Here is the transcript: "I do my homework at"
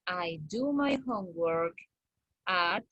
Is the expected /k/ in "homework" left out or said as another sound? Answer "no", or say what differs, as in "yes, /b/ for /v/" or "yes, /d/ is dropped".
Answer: no